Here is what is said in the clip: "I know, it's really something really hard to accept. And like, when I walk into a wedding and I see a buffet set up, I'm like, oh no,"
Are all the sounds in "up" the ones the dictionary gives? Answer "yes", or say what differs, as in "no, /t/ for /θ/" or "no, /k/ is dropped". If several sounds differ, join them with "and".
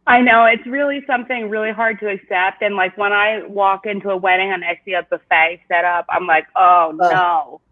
yes